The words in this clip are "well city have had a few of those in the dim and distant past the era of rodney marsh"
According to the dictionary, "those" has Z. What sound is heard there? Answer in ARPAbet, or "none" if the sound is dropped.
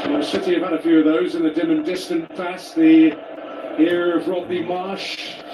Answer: Z